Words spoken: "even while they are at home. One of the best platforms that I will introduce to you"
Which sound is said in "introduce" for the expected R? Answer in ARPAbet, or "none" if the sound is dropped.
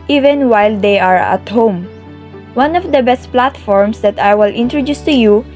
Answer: R